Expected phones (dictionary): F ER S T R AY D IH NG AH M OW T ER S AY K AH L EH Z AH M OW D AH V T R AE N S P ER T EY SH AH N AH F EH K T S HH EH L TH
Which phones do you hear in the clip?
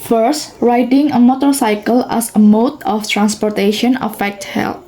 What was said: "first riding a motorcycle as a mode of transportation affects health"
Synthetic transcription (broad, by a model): F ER S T R AY D IH NG AH M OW T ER S AY K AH L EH S AH M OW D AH F T R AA N S P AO T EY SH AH N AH F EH K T HH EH L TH